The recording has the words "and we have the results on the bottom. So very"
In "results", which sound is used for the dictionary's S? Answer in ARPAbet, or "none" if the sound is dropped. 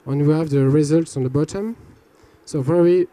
S